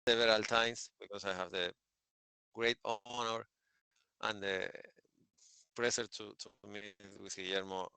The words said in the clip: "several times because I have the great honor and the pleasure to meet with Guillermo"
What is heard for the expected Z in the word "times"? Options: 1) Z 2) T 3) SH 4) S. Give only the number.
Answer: 4